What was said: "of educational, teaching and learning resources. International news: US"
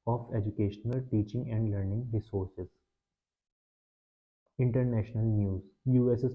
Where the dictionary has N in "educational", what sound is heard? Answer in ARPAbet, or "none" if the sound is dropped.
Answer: N